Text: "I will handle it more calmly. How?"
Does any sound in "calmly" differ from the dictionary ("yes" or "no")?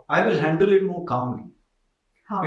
yes